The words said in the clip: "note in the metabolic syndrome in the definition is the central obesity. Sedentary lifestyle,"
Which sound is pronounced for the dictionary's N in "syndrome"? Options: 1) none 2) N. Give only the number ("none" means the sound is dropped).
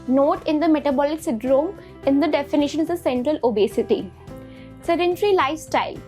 1